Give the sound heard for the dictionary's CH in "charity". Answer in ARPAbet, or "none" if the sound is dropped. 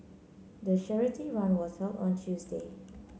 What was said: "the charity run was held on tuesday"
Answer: SH